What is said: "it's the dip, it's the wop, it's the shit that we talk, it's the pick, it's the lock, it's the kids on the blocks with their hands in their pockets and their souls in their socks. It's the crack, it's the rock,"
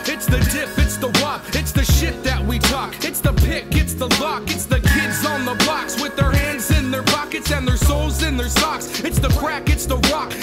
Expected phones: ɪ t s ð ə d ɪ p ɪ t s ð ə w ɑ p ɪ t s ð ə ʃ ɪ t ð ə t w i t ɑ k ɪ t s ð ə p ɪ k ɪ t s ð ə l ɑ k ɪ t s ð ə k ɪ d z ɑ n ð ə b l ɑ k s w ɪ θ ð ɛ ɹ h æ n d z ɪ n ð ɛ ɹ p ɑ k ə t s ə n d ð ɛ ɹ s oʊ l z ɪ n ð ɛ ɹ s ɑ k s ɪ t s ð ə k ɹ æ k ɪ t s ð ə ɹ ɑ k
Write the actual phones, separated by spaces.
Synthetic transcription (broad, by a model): ɪ t s ð ə d ɪ p ɪ t s ð ə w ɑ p ɪ t s ð ə ʃ ɪ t ð ə t w i t ɑ k ɪ t s ð ə p ɪ k ɪ t s ð ə l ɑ k ɪ t s ð ə k ɪ d z n ð ə b ɑ k s w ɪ ð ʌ ɹ h æ n d z ɪ n ð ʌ ɹ p ɑ k ə t s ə n ð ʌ ɹ s oʊ l z ɪ n ð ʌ ɹ s ɑ k s ɪ t s ð ə k ɹ æ k ɪ t s ð ə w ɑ k